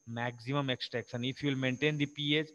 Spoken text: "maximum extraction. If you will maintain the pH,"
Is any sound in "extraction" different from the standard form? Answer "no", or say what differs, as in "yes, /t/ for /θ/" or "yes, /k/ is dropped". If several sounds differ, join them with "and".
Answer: yes, /ɹ/ is dropped and /s/ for /ʃ/